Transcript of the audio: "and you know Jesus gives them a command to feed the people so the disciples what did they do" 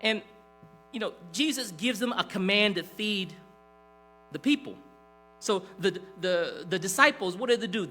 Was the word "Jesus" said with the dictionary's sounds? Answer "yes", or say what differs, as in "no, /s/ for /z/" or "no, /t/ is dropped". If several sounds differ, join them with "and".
yes